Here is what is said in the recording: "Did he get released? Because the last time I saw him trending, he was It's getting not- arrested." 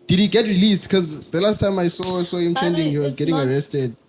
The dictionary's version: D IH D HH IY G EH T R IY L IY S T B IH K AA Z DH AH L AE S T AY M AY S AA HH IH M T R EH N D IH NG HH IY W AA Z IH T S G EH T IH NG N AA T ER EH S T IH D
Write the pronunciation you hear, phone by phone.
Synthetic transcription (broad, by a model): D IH D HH IY G EH T R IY L IY S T K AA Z DH AH L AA S T AY M AY S AA HH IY M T EH N D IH NG HH IY W AA Z G EH T IH NG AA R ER EH S T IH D